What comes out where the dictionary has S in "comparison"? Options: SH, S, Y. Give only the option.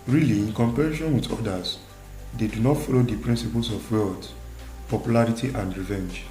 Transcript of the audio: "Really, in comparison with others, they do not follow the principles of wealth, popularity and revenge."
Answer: SH